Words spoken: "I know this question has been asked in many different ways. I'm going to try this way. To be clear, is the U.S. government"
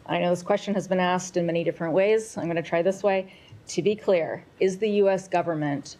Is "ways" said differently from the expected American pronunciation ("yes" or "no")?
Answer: no